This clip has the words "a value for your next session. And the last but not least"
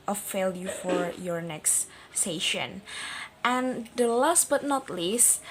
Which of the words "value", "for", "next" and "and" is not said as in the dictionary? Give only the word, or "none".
value